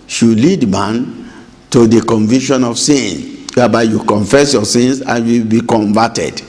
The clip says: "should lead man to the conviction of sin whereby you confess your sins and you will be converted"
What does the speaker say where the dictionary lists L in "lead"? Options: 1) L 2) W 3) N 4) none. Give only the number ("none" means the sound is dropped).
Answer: 1